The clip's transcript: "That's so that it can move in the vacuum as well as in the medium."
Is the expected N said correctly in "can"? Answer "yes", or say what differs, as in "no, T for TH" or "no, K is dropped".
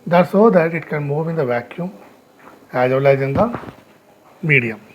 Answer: yes